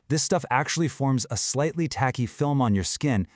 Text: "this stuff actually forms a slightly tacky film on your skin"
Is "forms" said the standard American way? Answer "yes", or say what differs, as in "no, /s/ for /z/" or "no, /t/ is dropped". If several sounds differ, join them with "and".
yes